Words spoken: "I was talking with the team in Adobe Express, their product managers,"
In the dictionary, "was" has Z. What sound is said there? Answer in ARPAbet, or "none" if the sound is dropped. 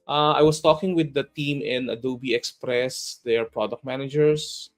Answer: S